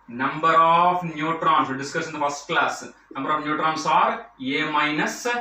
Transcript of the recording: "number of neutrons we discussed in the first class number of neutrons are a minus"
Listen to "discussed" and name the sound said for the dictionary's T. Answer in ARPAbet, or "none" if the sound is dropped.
none